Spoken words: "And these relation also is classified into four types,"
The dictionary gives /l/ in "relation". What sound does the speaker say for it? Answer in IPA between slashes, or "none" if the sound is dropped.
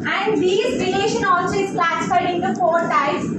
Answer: /n/